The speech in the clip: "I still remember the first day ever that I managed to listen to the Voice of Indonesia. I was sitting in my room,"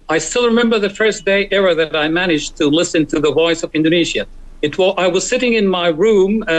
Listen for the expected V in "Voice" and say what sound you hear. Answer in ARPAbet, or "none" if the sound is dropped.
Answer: V